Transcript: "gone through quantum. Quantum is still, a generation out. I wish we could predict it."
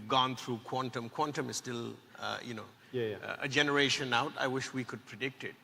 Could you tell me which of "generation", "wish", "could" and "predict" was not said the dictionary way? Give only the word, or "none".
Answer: none